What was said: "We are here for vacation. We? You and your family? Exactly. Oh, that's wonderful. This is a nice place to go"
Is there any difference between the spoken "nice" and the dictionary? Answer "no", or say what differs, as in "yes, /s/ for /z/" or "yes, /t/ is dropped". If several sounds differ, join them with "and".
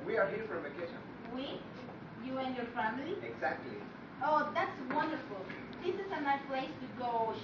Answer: yes, /s/ is dropped